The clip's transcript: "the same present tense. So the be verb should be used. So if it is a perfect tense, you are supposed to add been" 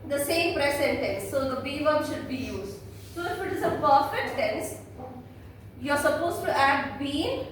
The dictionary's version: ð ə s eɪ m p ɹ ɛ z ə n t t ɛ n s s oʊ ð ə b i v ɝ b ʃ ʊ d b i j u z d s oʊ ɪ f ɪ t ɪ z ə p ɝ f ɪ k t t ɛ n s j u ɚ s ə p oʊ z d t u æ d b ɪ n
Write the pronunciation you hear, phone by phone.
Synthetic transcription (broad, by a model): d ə s eɪ m p ɹ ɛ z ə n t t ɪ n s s oʊ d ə b i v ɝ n ʃ ʊ d b i j u z d s oʊ ɪ f ɪ t ɪ z ə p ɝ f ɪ t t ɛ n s j u ɚ s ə p oʊ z t u æ d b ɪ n